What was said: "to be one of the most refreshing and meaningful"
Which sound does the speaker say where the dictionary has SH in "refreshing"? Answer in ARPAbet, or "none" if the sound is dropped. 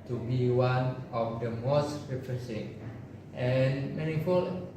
S